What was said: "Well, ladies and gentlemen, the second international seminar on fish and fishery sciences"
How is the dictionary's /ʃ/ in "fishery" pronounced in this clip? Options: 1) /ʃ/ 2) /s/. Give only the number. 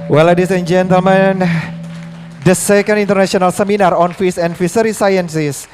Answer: 2